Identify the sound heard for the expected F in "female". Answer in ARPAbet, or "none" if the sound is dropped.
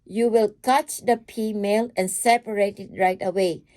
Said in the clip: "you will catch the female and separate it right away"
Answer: P